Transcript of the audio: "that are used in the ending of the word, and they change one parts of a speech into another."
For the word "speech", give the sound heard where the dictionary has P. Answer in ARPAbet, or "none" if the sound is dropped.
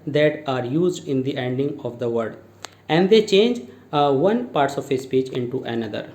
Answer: P